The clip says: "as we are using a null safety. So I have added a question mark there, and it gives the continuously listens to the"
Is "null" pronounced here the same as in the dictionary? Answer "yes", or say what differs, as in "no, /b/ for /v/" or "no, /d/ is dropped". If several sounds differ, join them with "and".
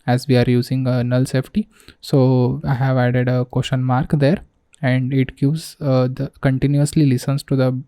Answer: yes